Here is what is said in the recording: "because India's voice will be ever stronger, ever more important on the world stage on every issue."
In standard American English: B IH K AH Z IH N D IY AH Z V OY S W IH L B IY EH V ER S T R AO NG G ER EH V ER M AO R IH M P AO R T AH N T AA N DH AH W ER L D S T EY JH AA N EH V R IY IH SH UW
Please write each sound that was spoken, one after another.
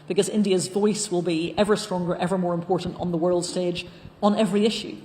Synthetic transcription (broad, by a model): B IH K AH Z IH N D IY AH Z V OY S W IH L B IY EH V ER S T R AO NG G ER EH V ER M AO R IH M P AO R T N T N DH AH W ER L D S T EY JH N EH V R IY IH SH UW